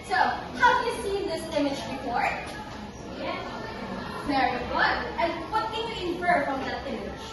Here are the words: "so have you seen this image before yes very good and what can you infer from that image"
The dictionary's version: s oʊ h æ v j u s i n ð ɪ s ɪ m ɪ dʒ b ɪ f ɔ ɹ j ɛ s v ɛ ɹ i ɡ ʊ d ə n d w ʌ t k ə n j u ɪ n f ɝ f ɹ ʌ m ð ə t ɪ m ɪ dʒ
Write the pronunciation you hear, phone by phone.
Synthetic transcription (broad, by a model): s oʊ h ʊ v j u s i n ð ɪ s ɪ m ɪ dʒ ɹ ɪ p ɔ ɹ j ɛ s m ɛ ɹ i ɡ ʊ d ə n w ʌ t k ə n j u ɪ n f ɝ f ɹ ʌ m ð ə t ɪ m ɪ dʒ